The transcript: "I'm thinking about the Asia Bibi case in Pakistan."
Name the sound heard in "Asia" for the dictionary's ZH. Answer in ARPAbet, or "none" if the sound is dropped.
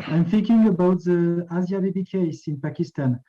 Z